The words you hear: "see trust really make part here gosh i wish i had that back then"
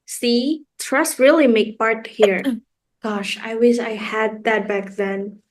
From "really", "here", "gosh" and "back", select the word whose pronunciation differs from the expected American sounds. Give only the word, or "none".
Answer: none